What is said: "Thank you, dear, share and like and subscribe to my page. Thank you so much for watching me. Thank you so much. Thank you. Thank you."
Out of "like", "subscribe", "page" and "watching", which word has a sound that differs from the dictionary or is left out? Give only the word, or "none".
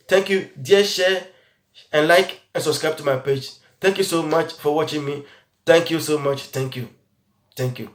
none